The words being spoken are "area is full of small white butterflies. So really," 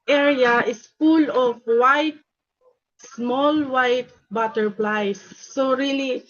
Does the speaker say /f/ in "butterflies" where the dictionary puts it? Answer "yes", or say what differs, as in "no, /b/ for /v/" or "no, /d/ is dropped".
no, /p/ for /f/